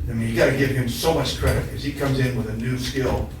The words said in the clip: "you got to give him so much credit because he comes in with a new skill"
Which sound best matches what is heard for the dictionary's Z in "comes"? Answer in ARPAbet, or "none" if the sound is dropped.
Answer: Z